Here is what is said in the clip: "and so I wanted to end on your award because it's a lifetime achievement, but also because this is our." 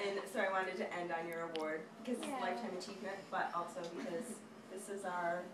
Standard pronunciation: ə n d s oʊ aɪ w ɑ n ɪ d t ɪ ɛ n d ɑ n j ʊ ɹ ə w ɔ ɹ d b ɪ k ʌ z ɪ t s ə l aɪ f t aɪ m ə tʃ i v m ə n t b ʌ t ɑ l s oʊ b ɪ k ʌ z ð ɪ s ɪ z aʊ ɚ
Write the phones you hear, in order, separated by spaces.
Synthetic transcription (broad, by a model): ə n s oʊ aɪ w ɑ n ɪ d t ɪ ɛ n d n j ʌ ɹ ə w ɔ ɹ d b ɪ k ʌ z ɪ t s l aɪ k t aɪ ə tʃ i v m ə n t b ʌ t ɑ l s oʊ b ɪ k ʌ z ð ɪ s ɪ z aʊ ɚ